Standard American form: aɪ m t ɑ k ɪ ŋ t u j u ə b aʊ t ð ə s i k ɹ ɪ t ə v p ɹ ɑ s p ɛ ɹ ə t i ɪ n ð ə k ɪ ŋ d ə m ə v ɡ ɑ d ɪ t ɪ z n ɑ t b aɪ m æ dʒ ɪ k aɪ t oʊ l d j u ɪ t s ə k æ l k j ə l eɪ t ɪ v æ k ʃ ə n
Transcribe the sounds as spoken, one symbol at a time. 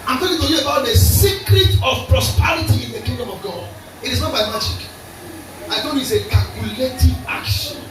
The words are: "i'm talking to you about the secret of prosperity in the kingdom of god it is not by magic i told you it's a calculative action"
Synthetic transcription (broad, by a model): aɪ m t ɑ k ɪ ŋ t u j u ə b aʊ t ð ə s i k ɹ ɪ t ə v p ɹ ɑ s p ɛ ɹ ə t i ɪ n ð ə k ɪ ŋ d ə m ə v ɡ ɑ d ɪ t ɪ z n ɑ t b aɪ m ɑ dʒ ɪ k aɪ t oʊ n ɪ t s ə k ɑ l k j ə l eɪ t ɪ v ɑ k ʃ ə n